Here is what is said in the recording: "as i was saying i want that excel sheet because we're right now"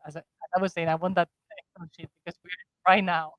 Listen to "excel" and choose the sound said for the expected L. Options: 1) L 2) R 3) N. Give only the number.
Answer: 3